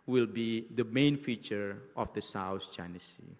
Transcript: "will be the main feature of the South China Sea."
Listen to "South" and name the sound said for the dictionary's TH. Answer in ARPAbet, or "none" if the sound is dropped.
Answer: S